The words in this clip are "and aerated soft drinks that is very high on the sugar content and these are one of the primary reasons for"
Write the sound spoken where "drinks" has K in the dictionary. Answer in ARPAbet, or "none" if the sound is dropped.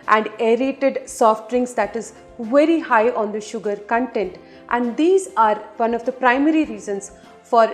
none